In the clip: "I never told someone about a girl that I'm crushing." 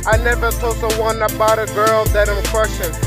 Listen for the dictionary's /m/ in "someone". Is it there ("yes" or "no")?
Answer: no